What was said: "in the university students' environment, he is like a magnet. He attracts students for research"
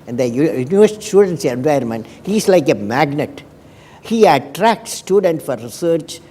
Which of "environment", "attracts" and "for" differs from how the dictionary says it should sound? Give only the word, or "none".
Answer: environment